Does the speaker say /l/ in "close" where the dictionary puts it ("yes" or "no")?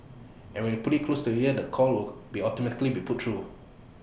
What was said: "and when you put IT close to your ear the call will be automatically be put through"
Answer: yes